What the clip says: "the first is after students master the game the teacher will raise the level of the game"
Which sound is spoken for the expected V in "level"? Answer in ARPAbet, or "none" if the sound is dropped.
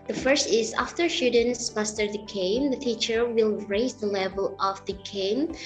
V